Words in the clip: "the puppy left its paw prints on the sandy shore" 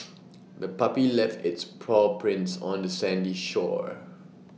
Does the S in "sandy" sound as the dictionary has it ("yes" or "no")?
yes